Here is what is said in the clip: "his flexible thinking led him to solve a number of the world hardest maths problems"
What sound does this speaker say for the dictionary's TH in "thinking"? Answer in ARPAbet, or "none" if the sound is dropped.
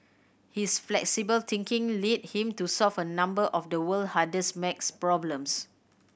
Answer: T